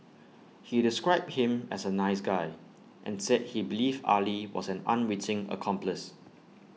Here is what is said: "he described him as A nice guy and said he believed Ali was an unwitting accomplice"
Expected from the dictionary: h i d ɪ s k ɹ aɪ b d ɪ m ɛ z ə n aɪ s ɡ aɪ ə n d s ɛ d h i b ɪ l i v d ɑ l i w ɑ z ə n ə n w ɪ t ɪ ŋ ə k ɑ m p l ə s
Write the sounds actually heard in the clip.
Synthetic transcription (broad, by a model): h i d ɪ s k ɹ aɪ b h ɪ m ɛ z ə n aɪ s ɡ aɪ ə n s ɛ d h i b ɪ l i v ɑ l i w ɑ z ə n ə n w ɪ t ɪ ŋ ə k ɑ m p l ə s